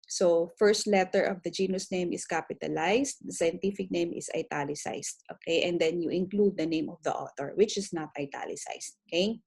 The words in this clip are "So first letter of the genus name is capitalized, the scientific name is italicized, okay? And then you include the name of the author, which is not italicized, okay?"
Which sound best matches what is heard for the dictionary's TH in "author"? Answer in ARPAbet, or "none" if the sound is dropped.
T